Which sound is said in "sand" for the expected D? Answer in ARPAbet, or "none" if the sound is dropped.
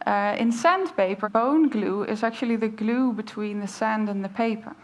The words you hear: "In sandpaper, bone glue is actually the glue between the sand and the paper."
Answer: D